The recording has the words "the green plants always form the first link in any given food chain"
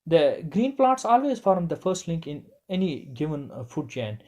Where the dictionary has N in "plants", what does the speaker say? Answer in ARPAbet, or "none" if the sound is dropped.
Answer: none